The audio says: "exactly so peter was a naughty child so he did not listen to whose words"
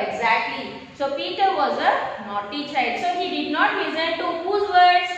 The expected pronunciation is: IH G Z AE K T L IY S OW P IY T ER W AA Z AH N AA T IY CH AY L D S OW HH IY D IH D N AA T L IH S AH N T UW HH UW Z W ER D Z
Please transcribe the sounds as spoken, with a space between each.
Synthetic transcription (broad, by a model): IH G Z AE K T L IY S OW P IY T ER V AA Z AH N AA T IY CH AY D S OW HH IY D IH D N AA T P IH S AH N T UW HH UW Z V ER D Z